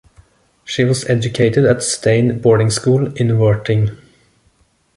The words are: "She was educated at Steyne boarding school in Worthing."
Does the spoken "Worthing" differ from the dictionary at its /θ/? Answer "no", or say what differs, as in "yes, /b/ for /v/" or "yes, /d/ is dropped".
yes, /t/ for /θ/